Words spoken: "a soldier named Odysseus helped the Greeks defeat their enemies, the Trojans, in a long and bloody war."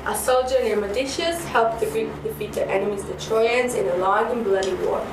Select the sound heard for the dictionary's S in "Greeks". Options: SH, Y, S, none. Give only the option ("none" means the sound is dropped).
none